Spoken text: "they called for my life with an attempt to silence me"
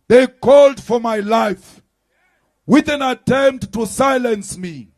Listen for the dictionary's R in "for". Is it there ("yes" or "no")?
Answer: yes